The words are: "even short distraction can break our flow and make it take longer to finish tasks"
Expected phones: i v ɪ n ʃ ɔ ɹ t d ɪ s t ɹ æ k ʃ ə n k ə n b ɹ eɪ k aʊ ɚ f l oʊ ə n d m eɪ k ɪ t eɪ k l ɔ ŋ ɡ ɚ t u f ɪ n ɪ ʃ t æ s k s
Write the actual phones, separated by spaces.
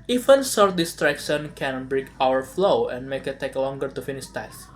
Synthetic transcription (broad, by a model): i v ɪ n s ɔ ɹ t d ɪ s t ɹ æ k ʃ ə n k ə n b ɹ eɪ k aʊ ɚ f l oʊ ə n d m eɪ k ɪ t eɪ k l ɔ ŋ ɡ ɚ t u f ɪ n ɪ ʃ t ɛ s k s